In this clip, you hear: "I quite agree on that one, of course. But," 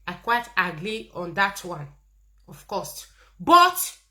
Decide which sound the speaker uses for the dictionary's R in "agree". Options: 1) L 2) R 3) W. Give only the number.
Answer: 1